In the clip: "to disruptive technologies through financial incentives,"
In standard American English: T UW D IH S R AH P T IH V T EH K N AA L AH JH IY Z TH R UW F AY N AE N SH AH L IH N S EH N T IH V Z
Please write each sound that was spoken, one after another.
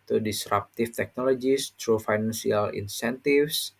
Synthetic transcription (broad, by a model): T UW D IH S R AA P T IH F T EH K N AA L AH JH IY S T R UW F AY N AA N S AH L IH N S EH N T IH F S